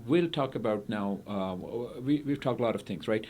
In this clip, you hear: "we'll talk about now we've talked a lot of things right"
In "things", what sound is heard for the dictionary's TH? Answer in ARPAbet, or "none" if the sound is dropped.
TH